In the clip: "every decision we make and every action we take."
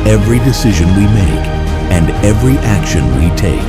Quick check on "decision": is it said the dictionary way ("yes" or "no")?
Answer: yes